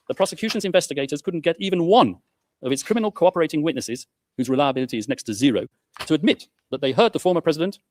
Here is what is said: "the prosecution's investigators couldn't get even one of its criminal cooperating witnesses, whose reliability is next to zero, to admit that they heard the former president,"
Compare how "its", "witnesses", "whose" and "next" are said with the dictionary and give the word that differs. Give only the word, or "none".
none